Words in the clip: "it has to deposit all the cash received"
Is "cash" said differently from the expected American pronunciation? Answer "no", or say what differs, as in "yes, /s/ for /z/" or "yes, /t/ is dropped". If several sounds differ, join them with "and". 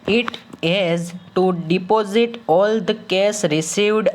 yes, /s/ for /ʃ/